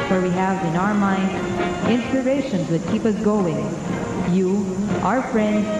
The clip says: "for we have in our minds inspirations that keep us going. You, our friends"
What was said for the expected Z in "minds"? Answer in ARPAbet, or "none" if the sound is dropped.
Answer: none